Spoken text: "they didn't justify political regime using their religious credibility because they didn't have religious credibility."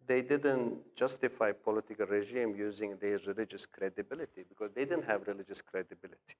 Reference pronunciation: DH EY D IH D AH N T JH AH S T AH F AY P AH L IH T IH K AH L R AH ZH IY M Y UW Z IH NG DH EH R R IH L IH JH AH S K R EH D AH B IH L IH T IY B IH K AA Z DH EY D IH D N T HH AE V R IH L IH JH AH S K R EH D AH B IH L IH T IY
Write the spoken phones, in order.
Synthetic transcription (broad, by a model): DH EY D IH D AH N T JH AH S T AH F AY P AH L IH T IH K AH L R AH ZH IY M Y UW Z IH NG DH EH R R IH L IH JH AH S K R EH D AH B IH L IH T IY B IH K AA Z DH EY D IH D N T HH AE V R IH L IH JH AH S K R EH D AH B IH L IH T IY